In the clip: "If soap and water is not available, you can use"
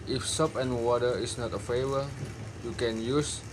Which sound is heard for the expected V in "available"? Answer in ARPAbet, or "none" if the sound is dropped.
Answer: F